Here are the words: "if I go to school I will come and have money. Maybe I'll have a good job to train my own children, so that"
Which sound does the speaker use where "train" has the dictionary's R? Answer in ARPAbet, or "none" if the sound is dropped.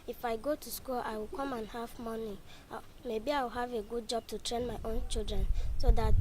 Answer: R